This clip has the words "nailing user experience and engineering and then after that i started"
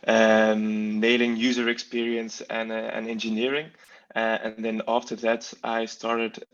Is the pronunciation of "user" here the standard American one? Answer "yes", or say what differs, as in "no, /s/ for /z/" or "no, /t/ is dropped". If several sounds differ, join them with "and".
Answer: yes